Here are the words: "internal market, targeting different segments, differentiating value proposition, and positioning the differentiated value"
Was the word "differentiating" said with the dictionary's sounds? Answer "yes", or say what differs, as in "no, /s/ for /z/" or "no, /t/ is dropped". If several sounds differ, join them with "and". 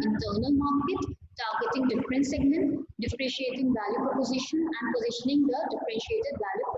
no, /n/ is dropped